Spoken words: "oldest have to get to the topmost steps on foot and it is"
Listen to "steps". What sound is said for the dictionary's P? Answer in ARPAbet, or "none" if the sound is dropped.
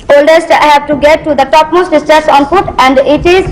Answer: none